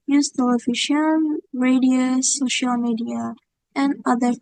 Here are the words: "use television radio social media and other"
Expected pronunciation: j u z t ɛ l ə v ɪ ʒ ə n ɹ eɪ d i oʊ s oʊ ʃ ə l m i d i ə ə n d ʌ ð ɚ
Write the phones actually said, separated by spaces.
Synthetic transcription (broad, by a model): j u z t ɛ l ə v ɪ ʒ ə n ɹ eɪ d i oʊ s oʊ ʃ ə l m i d i ə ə n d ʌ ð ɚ